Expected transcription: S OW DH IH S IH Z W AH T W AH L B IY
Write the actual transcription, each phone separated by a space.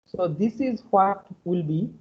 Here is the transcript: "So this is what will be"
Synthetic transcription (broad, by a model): S OW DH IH S IH Z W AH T W AH L B IY